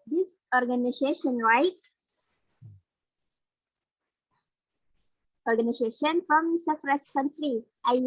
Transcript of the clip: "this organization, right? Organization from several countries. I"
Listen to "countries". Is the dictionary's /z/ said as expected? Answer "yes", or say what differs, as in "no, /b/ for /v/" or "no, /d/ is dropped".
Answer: no, /z/ is dropped